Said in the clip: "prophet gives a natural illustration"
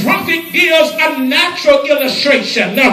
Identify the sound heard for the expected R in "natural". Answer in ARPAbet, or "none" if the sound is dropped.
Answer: R